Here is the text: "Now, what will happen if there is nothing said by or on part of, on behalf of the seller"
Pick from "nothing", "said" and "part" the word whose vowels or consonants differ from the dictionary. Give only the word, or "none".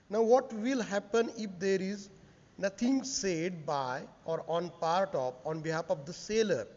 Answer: nothing